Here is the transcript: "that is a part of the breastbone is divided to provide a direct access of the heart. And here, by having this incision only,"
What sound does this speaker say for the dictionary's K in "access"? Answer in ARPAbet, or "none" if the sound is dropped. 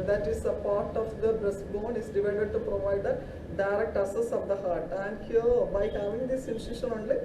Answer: none